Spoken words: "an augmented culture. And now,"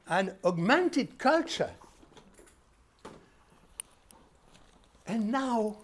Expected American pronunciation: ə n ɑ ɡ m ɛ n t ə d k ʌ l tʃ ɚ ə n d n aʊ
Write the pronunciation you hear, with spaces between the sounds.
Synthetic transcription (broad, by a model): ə n ɑ ɡ m ɛ n t ə d k ʌ l tʃ ɚ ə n n aʊ